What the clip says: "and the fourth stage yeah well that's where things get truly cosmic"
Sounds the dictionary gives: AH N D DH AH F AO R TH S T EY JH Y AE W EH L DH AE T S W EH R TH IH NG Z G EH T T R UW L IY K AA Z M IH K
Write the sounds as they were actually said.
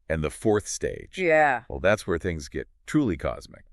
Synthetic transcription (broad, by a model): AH N DH AH F AO R TH S T EY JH Y AE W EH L DH AE T S W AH R TH IH NG Z G EH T T R UW L IY K AA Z M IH K